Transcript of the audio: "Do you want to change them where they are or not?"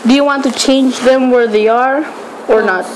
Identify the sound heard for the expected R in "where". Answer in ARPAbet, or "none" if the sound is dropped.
R